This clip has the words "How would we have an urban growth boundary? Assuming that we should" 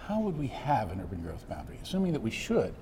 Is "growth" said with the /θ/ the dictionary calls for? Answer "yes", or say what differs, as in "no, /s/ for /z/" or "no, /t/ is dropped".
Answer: yes